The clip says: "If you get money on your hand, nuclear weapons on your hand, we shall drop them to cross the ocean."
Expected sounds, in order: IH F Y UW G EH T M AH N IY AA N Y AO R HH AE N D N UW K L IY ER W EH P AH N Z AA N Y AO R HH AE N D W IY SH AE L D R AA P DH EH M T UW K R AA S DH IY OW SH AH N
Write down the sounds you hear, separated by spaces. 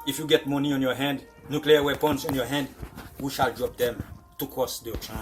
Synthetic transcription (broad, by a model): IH F Y UW G EH T M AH N IY AA N Y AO HH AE N D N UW K L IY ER W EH P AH N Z AA N Y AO HH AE N D W IY SH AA L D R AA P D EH M T UW K AA S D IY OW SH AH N